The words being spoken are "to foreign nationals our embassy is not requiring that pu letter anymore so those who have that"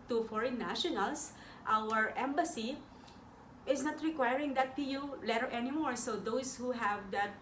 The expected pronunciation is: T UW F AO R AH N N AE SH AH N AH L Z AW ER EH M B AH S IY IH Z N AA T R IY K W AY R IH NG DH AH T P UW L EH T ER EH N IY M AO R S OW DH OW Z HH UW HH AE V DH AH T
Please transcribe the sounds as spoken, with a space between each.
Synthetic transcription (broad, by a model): T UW F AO R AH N N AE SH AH N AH L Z AW ER EH M B AH S IY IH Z N AA T R IY K W AY R IH NG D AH T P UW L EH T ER EH N IY M AO R S OW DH OW S HH UW HH AE V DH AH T